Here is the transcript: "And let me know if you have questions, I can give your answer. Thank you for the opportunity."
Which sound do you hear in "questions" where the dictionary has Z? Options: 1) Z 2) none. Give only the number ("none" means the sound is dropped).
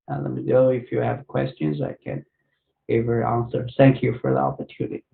1